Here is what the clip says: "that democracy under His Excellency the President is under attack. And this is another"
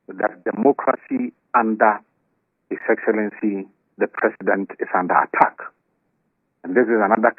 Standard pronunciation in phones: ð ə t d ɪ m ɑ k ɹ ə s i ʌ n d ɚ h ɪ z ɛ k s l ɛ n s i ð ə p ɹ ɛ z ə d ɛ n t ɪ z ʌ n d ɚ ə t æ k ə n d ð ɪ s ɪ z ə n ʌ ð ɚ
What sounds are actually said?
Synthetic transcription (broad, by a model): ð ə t d ɪ m ɑ k ɹ ə s i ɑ n d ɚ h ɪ s ɛ k s l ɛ n s i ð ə p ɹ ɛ s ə d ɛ n t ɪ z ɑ n d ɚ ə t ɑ k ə n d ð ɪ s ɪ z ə n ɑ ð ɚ